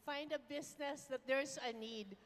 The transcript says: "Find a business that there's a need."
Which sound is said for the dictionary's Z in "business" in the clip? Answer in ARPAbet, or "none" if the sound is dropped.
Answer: S